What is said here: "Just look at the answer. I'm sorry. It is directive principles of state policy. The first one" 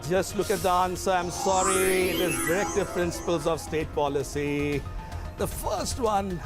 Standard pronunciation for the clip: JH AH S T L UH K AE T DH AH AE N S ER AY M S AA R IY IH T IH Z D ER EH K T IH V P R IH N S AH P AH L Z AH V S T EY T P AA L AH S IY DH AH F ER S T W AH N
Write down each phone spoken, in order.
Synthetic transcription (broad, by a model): JH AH S T L UH K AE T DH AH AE N S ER AY M S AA R IY IH T IH Z D ER EH K T IH V P R IH N S AH P AH L Z AH V S T EY T P AA L AH S IY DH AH F ER S T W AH N